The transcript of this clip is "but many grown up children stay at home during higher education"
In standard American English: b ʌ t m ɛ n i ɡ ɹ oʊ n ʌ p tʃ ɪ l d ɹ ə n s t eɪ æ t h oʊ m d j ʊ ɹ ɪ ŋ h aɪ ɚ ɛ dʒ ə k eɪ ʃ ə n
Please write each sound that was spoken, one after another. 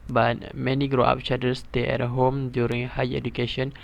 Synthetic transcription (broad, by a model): b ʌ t m ɛ n i ɡ ɹ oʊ ɑ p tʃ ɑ d ə s t eɪ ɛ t h oʊ m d j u ɹ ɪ ŋ h aɪ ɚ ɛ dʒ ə k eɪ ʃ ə n